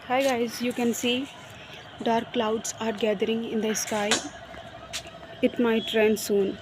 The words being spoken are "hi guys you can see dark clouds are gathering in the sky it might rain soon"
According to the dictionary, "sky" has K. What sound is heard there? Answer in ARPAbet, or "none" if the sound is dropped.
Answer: K